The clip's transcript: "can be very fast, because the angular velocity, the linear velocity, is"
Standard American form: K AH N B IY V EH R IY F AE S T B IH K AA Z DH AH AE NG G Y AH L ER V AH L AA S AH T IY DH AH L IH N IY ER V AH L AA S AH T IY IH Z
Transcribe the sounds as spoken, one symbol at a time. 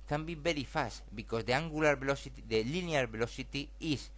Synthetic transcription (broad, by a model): K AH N B IY B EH R IY F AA S T B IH K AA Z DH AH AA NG G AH L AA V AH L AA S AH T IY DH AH L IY N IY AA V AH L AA S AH T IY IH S